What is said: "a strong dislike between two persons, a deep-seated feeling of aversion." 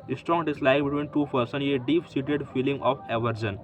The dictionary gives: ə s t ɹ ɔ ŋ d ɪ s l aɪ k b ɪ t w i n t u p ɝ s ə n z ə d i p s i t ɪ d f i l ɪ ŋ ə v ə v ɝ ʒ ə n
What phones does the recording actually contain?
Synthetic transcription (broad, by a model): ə s t ɹ ɔ ŋ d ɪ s l aɪ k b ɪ t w i n t u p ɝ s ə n ə d i p s i t ɪ d f i l ɪ ŋ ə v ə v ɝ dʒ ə n